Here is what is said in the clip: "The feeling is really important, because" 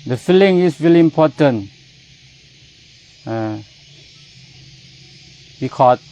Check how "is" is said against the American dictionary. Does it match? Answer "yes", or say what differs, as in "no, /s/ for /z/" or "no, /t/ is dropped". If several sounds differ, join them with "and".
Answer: no, /s/ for /z/